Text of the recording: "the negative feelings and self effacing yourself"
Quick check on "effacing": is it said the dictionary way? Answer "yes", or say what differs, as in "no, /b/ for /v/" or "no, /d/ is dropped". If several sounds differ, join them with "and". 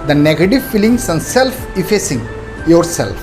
yes